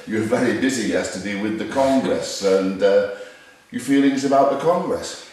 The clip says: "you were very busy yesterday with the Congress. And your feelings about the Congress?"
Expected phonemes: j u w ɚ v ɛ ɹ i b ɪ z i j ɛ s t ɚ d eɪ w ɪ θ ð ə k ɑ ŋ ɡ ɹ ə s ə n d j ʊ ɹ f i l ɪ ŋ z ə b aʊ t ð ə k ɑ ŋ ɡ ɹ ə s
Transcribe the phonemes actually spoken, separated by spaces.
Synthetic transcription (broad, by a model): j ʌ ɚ v ɛ ɹ i b ɪ z i j ɛ s t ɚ d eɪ w ɪ ð ə k ɑ ŋ ɡ ɹ ə s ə n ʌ j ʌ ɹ f i l ɪ ŋ z ə b aʊ t ð ə k ɑ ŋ ɡ ɹ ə s